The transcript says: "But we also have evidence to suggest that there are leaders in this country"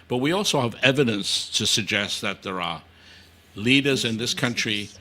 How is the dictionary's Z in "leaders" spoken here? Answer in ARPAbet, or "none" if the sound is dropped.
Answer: Z